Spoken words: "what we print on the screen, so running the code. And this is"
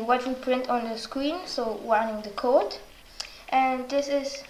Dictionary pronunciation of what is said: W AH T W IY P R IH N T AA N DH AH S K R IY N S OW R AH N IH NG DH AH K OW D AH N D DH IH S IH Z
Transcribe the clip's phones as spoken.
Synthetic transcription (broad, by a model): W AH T W IY P R IH N T AA N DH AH S K R IY N S OW W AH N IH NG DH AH K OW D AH N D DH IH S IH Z